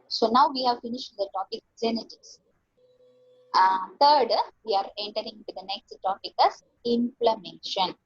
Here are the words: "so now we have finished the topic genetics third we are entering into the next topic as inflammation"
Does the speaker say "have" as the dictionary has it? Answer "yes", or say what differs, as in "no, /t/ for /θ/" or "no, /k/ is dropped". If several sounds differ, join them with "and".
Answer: yes